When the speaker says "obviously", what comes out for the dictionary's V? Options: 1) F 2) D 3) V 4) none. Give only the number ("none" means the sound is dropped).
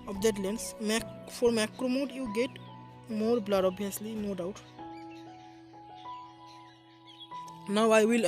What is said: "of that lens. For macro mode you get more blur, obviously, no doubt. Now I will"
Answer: 4